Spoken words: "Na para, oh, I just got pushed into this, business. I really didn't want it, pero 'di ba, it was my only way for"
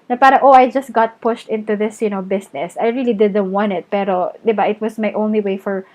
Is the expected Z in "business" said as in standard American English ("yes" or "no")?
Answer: no